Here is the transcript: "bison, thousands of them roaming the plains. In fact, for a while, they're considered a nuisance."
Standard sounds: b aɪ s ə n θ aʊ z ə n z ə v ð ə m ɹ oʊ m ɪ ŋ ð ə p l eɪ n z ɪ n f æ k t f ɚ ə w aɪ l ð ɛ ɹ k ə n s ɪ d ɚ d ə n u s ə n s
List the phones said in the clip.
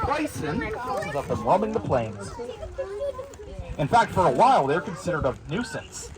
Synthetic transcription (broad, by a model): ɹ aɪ s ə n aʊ s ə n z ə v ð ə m w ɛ m ɪ ŋ ð ə p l eɪ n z ɪ n f æ k t f ɚ ə w aɪ l ð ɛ ɹ k ə n s ɪ d ɚ d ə n u s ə n s